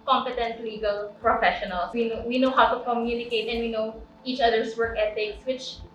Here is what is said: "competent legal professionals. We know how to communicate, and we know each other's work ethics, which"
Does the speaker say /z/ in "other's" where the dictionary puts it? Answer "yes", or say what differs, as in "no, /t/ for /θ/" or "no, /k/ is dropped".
no, /s/ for /z/